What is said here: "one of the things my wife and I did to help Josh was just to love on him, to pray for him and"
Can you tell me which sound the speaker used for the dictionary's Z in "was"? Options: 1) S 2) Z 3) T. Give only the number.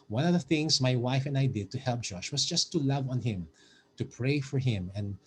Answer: 1